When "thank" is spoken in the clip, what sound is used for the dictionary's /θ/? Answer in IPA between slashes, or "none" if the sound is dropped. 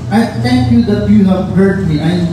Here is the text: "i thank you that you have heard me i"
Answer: /t/